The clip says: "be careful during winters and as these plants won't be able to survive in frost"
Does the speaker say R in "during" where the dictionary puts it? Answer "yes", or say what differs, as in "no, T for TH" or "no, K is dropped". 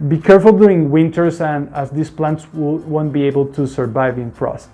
no, R is dropped